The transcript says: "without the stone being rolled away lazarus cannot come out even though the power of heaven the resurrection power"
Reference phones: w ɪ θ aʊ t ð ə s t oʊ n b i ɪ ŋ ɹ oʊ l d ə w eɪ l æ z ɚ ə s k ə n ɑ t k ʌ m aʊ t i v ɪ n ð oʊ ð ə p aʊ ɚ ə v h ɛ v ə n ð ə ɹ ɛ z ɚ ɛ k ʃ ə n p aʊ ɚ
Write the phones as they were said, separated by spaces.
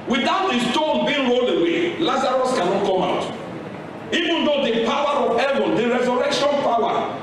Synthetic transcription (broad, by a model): w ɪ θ aʊ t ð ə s t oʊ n b i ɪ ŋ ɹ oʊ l ə w eɪ l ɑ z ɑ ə s k ə n ɑ t k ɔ m aʊ t i v ɪ n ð oʊ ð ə p aʊ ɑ ə v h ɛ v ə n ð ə ɹ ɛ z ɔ ɛ k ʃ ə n p aʊ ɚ